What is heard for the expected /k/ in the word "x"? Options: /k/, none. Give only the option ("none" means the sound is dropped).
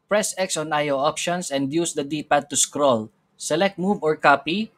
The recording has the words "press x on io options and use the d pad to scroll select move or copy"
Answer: /k/